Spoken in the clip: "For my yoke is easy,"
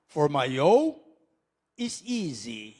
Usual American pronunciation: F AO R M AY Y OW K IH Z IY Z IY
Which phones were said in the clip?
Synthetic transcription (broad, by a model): F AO R M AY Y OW IH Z IY Z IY